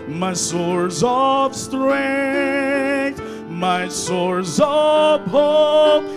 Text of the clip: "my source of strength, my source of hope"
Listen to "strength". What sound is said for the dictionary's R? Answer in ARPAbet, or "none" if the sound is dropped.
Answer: R